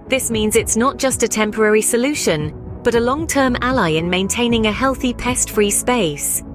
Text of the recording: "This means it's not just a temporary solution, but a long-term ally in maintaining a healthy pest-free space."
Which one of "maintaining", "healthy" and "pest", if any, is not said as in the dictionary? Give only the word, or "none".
none